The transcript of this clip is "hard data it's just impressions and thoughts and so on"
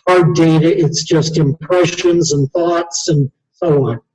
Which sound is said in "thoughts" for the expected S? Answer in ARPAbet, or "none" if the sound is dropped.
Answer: S